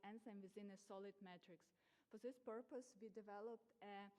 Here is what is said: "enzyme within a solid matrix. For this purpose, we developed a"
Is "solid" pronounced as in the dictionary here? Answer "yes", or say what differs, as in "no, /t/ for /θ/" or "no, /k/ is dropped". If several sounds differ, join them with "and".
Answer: yes